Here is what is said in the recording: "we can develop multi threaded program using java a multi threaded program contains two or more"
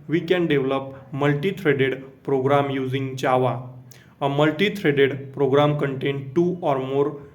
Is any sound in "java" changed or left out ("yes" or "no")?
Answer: yes